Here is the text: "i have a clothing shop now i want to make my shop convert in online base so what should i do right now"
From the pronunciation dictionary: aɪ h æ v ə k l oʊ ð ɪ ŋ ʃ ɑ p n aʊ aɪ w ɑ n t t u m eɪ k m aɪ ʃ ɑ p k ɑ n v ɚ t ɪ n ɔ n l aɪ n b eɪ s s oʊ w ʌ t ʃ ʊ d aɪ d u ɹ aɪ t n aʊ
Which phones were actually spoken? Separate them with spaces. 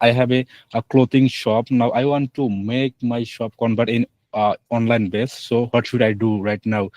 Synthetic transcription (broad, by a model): aɪ h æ b ə k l oʊ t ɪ ŋ ʃ ɑ p n aʊ aɪ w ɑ n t t u m eɪ k m aɪ ʃ ɑ p k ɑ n b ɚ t ɪ n ɔ n l aɪ n b eɪ s s oʊ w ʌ t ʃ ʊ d aɪ d u ɹ aɪ t n aʊ